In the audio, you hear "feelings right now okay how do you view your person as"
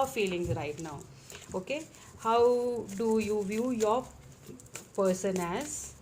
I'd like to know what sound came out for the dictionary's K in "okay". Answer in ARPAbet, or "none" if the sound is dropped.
K